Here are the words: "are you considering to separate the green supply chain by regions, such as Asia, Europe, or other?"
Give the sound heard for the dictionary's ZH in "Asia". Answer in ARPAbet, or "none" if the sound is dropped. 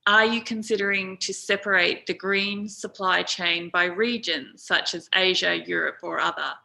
ZH